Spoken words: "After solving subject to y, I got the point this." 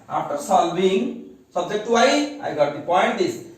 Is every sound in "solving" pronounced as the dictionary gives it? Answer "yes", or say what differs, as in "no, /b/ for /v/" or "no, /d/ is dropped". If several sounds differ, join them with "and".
no, /b/ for /v/